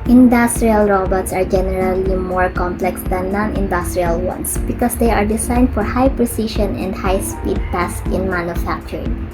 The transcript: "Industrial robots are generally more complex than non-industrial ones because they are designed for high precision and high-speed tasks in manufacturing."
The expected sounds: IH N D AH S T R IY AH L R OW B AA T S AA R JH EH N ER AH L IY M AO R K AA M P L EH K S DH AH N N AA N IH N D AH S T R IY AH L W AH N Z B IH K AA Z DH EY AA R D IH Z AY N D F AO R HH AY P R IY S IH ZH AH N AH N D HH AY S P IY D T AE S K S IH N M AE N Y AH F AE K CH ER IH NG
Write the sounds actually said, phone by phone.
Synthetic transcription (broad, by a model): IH N D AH S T R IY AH L R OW B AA T S AA R JH EH N ER AH L IY M AO R K AA M P L EH K S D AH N N AA N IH N D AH S T R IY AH L W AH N S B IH K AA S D EY AA R D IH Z AY N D F AO R HH AY P R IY S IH SH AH N AH N D HH AY S P IY D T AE S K IH N M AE N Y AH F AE K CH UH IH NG